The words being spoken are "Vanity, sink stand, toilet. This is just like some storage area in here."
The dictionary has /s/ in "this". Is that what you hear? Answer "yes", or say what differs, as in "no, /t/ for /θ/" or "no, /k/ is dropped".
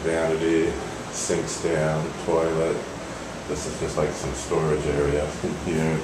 yes